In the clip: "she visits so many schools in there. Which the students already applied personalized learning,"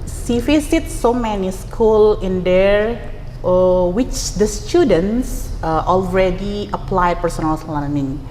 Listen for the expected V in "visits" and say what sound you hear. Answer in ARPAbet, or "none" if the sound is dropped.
F